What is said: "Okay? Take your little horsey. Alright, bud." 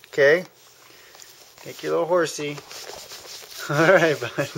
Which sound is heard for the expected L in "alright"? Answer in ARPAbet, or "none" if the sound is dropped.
none